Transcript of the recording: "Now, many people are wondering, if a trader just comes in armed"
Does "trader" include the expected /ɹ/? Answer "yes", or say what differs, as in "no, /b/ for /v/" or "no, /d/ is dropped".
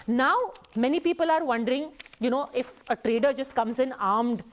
yes